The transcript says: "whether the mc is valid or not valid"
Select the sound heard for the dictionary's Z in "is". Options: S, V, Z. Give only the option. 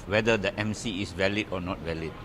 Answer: S